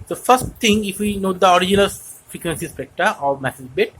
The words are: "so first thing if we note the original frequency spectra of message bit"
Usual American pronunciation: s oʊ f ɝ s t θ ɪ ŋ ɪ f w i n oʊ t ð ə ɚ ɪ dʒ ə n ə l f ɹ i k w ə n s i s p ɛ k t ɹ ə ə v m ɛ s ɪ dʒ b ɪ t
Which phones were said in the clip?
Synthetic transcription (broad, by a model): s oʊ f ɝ s t t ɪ ŋ ɪ f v i n oʊ t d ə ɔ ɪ dʒ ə n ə l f ɹ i k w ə n s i s p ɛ k t ə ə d m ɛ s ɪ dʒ b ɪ t